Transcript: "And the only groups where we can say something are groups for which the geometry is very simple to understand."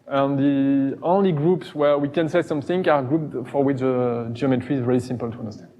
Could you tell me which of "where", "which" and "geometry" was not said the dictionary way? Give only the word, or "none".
none